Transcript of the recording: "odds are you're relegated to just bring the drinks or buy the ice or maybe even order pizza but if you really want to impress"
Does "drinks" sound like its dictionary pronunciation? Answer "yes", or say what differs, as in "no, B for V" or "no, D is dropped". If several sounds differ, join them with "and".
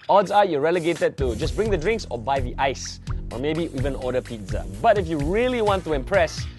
yes